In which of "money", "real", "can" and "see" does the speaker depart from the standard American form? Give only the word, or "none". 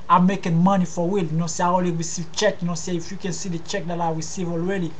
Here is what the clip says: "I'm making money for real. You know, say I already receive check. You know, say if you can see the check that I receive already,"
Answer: real